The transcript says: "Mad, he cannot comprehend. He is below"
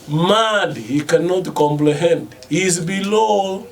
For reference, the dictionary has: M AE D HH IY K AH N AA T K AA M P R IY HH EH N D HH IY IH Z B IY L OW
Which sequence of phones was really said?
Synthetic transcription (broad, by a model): M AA D HH IY K AH N AA T K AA M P L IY HH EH N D HH IY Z B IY L OW